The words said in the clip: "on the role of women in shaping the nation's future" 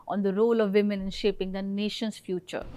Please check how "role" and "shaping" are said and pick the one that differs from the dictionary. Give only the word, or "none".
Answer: none